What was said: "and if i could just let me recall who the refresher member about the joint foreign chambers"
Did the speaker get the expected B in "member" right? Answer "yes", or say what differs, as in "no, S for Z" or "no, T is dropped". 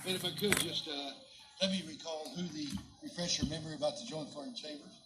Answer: no, B is dropped